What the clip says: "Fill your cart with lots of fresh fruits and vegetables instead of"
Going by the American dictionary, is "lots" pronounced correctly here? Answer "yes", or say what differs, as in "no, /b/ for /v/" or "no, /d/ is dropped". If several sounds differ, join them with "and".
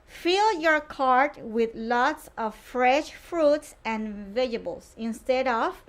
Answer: yes